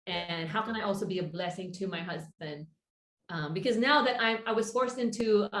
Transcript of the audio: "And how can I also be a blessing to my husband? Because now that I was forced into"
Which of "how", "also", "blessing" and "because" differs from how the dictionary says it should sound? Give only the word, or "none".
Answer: none